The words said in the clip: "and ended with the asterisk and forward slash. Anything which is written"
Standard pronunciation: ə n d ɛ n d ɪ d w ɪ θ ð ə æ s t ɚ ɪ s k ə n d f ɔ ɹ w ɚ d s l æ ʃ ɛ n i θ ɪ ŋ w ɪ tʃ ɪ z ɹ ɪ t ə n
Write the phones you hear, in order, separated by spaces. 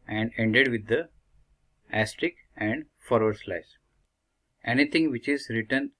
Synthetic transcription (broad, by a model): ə n d ɛ n d ɪ d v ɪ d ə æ s t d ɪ k ə n d f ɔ ɹ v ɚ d s l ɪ s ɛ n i t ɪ ŋ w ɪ tʃ ɪ z ɹ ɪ t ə n